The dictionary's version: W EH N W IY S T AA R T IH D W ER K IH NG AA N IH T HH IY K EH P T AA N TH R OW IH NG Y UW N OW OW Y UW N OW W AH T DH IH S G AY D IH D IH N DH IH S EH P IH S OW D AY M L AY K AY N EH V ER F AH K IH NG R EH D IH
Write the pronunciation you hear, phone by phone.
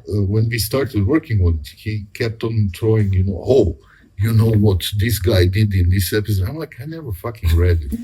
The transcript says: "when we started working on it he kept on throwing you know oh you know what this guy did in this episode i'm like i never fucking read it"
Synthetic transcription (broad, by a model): W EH N W IY S T AA R T IH D W ER K IH NG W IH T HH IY K EH P T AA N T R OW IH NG Y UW N OW OW Y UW N OW W AH T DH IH S G AY D IH D IH N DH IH S EH P IH S OW D AY M L AY K AY N EH V ER F AH K IH NG R EH D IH